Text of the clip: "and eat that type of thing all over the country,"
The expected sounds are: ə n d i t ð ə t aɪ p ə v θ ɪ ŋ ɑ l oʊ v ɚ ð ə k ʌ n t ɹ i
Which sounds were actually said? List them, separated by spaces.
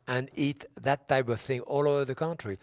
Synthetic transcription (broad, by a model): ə n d i t ð ə t aɪ p ə v θ ɪ ŋ ɑ l oʊ v ɚ ð ə k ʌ n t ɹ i